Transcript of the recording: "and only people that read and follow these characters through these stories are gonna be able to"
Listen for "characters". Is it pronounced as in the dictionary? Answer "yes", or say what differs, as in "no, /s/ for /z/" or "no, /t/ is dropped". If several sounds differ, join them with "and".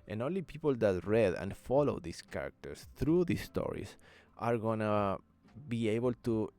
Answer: no, /s/ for /z/